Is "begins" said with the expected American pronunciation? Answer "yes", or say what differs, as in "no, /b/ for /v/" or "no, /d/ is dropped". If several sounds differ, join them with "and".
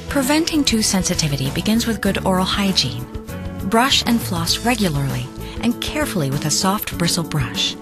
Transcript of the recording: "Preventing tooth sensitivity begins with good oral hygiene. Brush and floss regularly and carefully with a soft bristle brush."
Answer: yes